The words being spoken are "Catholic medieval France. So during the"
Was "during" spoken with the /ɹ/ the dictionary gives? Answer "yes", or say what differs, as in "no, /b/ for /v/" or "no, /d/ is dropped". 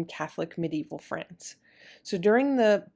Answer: yes